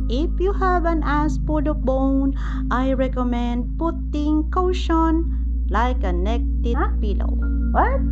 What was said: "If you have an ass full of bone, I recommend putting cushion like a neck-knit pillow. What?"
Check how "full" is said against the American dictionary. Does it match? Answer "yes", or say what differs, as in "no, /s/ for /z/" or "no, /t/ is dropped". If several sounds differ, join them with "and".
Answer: no, /p/ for /f/